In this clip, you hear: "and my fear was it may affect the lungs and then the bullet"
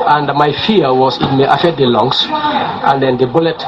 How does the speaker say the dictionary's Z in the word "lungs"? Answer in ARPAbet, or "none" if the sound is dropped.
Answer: S